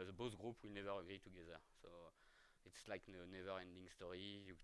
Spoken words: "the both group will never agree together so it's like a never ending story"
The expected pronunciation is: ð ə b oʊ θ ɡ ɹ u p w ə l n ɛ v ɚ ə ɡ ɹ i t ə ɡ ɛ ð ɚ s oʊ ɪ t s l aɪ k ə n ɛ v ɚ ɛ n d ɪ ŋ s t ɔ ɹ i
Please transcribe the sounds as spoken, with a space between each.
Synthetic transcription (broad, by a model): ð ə b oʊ s ɡ ɹ u p w ə l n ɛ v ɚ ə ɡ ɹ i t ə ɡ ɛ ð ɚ s oʊ ɪ t s l aɪ k ə n ɛ v ɚ ɛ n d ɪ ŋ s t ɔ ɹ i